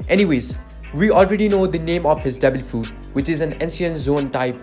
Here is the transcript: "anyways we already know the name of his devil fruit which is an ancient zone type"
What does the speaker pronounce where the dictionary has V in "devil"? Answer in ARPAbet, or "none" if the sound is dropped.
B